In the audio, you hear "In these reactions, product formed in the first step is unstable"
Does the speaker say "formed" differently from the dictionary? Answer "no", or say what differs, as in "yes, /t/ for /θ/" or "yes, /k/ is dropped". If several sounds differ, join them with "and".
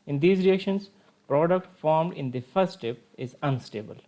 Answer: no